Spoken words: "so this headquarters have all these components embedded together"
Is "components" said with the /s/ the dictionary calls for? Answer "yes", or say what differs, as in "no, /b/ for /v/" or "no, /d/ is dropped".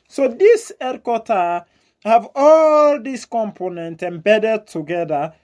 no, /s/ is dropped